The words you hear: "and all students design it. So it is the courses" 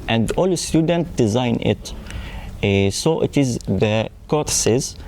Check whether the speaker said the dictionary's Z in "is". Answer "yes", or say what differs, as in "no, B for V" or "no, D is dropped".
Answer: yes